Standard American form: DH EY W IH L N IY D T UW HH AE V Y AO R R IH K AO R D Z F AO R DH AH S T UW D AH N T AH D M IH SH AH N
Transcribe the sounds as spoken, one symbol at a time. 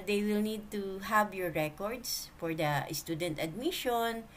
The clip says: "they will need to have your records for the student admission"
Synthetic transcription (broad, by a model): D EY W IH L N IY D T UW HH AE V Y AO R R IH K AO R D S F AO R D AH S T UW D AH N T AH D M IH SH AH N